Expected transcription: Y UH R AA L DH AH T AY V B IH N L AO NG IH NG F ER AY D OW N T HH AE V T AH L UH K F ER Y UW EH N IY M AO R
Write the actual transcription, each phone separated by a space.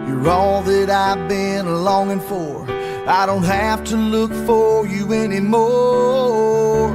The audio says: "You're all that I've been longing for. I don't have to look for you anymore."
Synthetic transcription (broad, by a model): Y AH R AA L DH AH T AY V B IH N L AO NG IH NG F ER AY D OW N T HH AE F T AH L UH K F ER Y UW EH N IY M AO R